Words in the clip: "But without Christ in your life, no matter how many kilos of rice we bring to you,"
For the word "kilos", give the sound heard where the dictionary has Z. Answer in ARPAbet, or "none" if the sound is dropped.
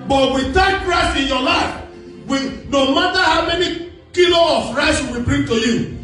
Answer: none